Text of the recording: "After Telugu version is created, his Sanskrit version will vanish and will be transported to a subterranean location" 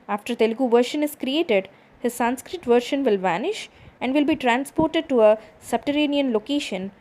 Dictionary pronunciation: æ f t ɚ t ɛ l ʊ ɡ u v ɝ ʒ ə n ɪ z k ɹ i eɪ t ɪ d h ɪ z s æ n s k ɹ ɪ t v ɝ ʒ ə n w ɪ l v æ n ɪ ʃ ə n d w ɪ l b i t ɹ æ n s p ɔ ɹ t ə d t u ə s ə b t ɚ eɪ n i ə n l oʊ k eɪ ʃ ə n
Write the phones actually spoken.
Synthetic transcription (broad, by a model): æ f t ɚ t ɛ l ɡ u v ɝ ʃ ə n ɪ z k ɹ i eɪ t ɪ d h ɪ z s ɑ n s k ɹ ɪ t v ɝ ʃ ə n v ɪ l v æ n ɪ ʃ ə n d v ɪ l b i t ɹ æ n s p ɔ ɹ t ə d t u ə s ə b t ɚ eɪ n i ə n l oʊ k eɪ ʃ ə n